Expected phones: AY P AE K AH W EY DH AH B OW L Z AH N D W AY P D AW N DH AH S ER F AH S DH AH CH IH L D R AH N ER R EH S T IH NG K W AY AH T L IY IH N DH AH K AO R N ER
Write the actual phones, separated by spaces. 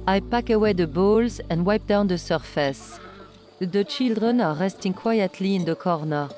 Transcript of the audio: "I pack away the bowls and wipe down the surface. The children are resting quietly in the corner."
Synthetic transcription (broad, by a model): AY P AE K AH W EY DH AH B OW L Z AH N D W AY P D AW N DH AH S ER F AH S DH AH CH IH L D R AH N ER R EH S T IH NG K W AY AH T L IY IH N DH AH K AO R N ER